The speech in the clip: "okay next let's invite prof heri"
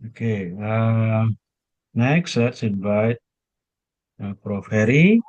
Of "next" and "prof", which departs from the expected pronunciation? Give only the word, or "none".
none